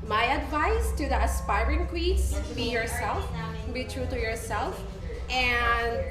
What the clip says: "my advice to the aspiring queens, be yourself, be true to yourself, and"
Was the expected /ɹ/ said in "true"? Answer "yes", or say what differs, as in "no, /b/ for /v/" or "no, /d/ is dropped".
yes